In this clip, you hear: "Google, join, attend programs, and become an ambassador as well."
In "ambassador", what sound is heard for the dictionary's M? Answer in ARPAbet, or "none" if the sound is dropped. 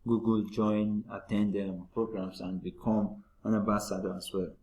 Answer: none